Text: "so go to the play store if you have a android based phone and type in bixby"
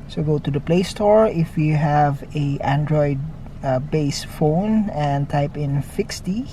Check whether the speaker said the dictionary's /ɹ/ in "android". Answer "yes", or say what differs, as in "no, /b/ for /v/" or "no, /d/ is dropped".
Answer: yes